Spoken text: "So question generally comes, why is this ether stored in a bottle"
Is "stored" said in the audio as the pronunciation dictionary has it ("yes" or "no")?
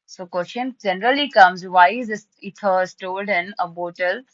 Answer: no